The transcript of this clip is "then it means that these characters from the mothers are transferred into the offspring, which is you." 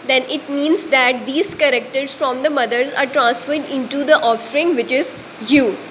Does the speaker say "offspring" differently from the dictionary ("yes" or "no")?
no